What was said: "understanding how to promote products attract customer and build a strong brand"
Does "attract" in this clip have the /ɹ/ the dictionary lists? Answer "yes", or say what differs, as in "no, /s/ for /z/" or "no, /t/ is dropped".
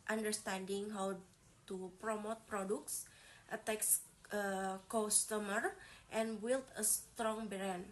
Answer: no, /ɹ/ is dropped